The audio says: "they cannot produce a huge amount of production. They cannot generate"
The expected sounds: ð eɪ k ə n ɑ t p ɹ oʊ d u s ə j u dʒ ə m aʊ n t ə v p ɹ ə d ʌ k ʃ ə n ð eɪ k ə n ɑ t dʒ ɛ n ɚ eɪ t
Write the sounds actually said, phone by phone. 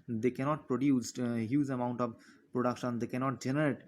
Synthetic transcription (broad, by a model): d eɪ k ə n ɑ t p ɹ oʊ d u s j u z ə m aʊ n t ə v p ɹ ə d ʌ k ʃ ə n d eɪ k ə n ɑ t dʒ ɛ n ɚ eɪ t